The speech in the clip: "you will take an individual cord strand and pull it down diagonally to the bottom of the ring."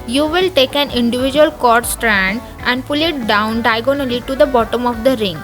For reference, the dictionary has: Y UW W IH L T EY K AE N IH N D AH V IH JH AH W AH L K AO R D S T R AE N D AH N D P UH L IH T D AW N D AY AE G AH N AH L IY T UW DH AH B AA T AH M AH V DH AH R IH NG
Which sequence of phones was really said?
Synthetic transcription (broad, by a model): Y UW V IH L T EY K AE N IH N D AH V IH JH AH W AH L K AO R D S T R AE N D AH N D P UH L IH T D AW N D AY G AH N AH L IY T UW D AH B AA T AH M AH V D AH R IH NG